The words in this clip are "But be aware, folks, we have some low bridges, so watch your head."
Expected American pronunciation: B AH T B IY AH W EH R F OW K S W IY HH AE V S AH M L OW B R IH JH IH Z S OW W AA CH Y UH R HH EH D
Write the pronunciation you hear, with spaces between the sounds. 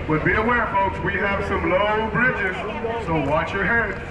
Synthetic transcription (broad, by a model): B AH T B IY AH W EH R F OW K S W IY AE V S AH M L OW B R IH JH IH Z S OW W AA CH Y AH R HH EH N